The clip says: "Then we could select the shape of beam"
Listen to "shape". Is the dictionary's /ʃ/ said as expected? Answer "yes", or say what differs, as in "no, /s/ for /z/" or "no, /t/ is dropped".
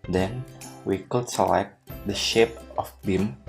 yes